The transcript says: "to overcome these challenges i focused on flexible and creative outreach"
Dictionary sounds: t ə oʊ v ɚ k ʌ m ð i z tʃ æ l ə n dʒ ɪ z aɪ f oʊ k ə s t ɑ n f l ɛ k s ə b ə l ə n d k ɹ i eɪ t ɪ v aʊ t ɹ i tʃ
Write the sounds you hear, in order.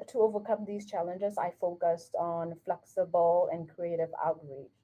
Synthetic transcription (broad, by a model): t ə oʊ v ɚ k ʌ m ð i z tʃ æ l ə n dʒ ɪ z aɪ f oʊ k ə s t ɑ n f l ɛ k s ə b ə l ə n k ɹ i eɪ t ɪ v aʊ t ɹ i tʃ